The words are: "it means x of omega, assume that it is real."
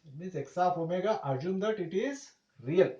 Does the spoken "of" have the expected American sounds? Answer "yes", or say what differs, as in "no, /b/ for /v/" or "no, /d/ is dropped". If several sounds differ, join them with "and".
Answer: no, /p/ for /v/